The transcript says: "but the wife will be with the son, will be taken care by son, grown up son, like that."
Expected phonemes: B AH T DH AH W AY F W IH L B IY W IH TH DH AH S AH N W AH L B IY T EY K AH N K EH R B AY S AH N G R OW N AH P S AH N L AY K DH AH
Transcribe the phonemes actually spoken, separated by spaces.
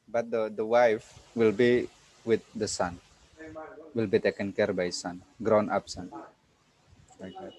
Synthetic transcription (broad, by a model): B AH T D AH W AY F W IH L B IY W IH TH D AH S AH N W AH L B IY T EY K AH N K EH R B AY S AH N G R OW N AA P S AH N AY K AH